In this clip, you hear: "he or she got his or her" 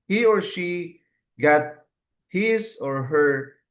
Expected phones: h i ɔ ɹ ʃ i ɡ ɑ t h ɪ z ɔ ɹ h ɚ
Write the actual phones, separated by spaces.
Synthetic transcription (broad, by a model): h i ɔ ɹ ʃ i ɡ ɑ t h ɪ s ɔ ɹ h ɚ